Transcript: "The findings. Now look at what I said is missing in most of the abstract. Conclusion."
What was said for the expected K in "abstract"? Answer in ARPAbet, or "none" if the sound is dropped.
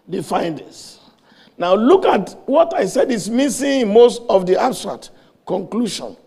none